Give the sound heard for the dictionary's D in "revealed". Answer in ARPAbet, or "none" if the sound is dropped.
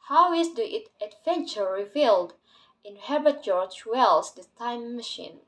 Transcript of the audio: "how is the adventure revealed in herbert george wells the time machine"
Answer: D